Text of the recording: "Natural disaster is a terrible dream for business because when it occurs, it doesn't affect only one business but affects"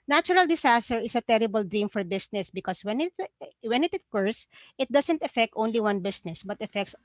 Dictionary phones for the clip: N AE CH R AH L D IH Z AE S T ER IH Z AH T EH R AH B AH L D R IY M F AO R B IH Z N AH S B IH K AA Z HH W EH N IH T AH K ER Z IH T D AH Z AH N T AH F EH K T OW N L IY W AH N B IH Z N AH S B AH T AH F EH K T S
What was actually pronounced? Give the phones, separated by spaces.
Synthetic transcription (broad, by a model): N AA CH R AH L D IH S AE S T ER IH S AH T EH R AH B AH L D R IY M F AO R B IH S N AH S B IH K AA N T W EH N IH T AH K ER S IH T D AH S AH N T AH F EH K T OW N L IY W AH N B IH S N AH S B AH T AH F EH K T S